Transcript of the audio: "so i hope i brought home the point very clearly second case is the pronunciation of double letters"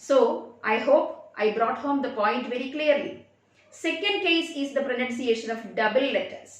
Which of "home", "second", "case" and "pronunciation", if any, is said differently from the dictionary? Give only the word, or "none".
none